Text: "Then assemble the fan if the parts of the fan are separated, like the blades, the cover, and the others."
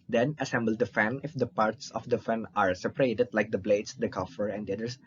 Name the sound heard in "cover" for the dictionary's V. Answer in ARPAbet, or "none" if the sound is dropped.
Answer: F